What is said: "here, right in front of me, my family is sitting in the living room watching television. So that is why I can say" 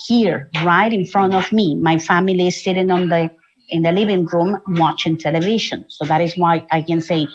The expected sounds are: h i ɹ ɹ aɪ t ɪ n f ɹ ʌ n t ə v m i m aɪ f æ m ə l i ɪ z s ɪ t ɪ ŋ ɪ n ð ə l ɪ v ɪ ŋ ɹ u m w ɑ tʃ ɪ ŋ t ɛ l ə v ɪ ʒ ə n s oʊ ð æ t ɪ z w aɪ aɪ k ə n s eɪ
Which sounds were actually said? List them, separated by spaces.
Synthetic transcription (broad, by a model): h i ɹ ɹ aɪ t ɪ n f ɹ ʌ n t ə v m i m aɪ f æ m ə l i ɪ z s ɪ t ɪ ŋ ɪ n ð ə l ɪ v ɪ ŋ ɹ u m w ɑ tʃ ɪ ŋ t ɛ l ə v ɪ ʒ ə n s oʊ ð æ t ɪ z w aɪ aɪ k ə n s eɪ